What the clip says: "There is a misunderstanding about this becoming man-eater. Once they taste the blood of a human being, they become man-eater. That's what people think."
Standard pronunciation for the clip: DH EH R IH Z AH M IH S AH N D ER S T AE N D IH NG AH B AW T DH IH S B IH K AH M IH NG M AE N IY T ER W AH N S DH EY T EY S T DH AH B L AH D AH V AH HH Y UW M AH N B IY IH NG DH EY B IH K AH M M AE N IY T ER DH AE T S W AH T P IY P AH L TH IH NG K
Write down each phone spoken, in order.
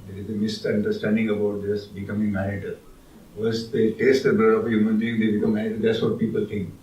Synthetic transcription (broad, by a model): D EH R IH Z AH M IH S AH N D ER S T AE N D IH NG AH B AW T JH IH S B IH K AH M IH NG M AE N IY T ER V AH S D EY T EY S T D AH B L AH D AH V AH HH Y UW M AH N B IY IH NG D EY B IH K AH M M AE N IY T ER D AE T S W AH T P IY P AH L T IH NG K